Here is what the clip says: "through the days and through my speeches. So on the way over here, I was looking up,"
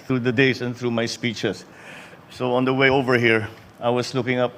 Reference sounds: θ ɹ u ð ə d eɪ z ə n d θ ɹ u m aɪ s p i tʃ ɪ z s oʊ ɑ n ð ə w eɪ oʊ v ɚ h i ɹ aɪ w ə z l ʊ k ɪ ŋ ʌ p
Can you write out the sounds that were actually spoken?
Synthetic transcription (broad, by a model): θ ɹ u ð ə d eɪ s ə n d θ ɹ u m aɪ s p i tʃ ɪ s oʊ ɑ n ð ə w eɪ oʊ v ɚ h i ɹ aɪ w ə s l ʊ k ɪ ŋ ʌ p